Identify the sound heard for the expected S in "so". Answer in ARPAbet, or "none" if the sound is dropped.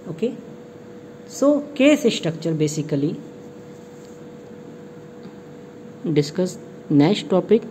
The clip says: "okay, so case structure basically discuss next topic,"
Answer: S